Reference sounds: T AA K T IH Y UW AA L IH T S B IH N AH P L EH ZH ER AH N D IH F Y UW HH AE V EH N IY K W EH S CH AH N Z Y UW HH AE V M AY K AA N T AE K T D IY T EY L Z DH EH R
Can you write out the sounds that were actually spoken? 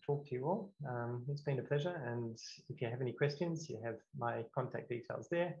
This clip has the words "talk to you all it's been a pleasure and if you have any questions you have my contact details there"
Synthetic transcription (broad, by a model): T AA K T IH Y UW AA L IH T S B IH N AH P L EH ZH ER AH N IH F Y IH V EH N IY K W EH S CH AH N Z Y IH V M AY K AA N T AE K D IY T EY L Z DH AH R